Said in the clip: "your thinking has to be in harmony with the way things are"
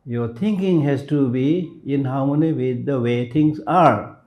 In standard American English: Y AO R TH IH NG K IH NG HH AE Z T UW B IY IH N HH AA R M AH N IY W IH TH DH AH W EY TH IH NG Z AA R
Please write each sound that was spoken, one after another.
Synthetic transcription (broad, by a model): Y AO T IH NG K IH NG HH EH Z T UW B IY IH N HH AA W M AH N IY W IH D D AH W EY T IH NG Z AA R